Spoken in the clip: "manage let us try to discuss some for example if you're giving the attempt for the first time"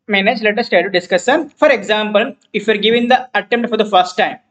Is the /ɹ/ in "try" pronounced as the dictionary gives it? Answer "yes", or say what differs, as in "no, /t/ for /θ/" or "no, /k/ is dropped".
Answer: no, /ɹ/ is dropped